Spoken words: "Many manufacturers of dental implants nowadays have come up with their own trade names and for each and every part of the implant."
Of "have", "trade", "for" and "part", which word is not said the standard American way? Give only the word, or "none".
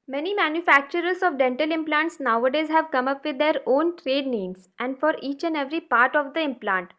none